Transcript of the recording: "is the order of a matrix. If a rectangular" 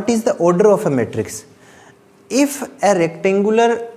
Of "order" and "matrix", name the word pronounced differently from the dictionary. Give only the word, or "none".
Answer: none